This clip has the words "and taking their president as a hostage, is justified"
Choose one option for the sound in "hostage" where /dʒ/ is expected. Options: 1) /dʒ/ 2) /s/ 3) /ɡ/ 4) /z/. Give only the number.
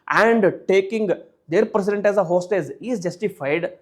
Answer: 4